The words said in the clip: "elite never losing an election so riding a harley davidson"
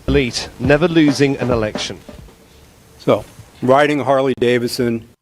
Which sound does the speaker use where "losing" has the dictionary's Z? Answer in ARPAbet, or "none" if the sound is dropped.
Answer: Z